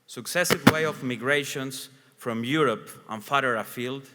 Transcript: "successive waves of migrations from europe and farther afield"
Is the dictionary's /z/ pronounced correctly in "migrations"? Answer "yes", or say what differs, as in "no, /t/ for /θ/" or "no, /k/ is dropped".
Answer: no, /s/ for /z/